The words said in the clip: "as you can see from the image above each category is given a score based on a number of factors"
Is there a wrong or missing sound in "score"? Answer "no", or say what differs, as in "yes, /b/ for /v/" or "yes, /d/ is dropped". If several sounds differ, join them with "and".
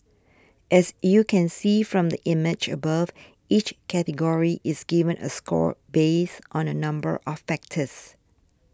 no